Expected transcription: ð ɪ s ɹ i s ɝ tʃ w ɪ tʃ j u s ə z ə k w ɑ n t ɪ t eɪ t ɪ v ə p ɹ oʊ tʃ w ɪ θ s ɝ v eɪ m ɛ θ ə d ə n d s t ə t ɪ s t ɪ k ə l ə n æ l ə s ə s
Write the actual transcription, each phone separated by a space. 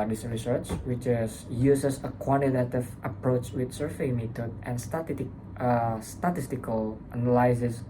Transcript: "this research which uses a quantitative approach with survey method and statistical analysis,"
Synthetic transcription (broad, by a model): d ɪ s ɹ i s ɝ tʃ w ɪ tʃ j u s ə s ə k w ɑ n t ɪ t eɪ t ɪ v ə p ɹ oʊ tʃ w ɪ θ s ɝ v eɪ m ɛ t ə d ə n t s t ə t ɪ s t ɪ k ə l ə n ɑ l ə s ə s